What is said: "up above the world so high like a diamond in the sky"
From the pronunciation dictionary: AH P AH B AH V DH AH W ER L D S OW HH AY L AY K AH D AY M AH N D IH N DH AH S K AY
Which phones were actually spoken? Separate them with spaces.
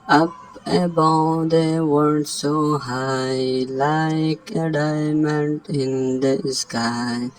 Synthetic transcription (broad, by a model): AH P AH B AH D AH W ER D S OW HH AY L AY K AH D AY M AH N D IH N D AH S K AY